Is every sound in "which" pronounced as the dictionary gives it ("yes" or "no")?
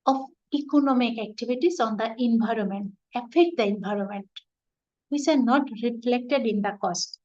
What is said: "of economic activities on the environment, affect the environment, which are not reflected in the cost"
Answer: no